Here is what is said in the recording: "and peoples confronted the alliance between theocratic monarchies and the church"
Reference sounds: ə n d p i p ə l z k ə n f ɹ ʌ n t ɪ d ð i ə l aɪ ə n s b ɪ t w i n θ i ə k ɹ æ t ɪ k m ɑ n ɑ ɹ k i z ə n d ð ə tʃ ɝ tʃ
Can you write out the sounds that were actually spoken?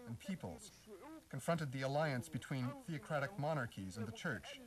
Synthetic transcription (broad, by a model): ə n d p i p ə l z k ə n f ɹ ʌ n t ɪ d ð i ə l aɪ ə n s b ɪ t w i n θ i ə k ɹ æ t ɪ k m ɑ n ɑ ɹ k i z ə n ð ə tʃ ɝ tʃ